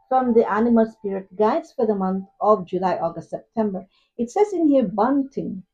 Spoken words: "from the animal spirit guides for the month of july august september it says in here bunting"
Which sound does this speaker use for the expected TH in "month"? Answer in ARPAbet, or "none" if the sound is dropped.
T